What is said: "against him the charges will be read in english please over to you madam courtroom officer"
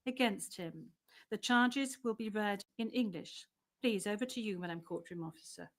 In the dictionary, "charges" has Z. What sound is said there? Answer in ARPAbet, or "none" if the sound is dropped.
Z